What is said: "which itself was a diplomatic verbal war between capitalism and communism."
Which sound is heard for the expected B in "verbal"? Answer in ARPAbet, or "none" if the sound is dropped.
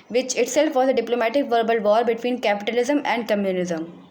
B